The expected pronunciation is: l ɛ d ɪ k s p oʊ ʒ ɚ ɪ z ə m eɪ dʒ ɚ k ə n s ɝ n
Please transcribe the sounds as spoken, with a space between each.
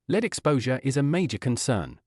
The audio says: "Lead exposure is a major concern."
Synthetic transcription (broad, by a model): l ɛ d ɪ k s p oʊ ʒ ɚ ɪ z ə m eɪ dʒ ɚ k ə n s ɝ n